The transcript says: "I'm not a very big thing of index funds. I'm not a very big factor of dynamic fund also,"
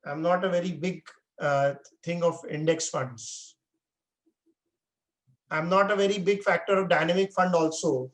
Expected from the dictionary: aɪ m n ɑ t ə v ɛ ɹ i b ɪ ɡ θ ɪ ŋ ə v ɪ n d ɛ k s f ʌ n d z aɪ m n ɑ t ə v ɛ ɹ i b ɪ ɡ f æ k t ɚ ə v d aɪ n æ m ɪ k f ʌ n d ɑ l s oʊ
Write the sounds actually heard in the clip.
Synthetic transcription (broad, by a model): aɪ m n ɑ t ə v ɛ ɹ i b ɪ ɡ t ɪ ŋ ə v ɪ n d ɛ k s f ʌ n d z aɪ m n ɑ t ə v ɛ ɹ i b ɪ ɡ f æ k t ɚ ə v d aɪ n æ m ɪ k f ʌ n d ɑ l s oʊ